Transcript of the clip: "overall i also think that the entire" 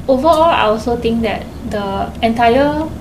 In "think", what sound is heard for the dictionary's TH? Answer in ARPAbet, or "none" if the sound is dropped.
T